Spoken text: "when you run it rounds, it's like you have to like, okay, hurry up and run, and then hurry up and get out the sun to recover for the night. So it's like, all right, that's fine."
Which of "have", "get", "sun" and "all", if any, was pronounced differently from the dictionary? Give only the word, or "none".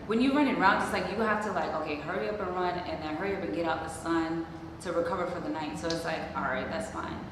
have